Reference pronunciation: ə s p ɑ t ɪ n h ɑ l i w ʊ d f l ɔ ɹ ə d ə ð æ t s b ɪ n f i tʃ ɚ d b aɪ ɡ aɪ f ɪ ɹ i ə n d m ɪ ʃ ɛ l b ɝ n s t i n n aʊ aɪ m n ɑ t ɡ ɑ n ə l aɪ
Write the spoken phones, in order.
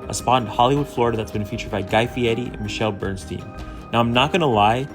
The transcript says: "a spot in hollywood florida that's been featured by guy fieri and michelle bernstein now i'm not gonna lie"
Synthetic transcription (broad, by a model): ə s p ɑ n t h ɑ l i w ʊ d f l ɔ ɹ ə d ə ð æ t s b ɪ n f i tʃ ɚ d b aɪ ɡ aɪ f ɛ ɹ i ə n m ɪ ʃ ɛ l b ɝ n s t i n n aʊ aɪ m n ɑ t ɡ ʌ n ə l aɪ